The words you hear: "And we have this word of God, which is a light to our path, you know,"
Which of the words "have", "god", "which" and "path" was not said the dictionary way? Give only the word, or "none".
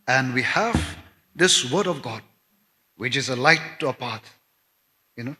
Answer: path